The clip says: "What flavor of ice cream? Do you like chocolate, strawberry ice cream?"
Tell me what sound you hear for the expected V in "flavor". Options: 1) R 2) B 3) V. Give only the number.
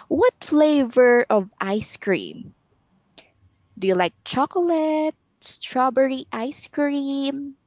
3